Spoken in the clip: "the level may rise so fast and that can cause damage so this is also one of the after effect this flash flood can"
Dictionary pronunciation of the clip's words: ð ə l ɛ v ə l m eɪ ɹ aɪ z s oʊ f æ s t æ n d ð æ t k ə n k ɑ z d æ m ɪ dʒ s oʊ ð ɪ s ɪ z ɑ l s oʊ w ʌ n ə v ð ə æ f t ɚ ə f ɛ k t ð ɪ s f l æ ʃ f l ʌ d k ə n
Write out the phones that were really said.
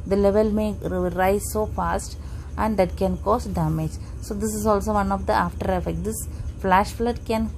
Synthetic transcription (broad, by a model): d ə l ɛ v ə l m eɪ ɹ aɪ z s oʊ f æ s t æ n d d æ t k ə n k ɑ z d æ m ɪ dʒ s oʊ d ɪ s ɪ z ɑ l s oʊ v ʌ n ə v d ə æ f t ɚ ə f ɛ k t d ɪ s f l æ ʃ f l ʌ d k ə n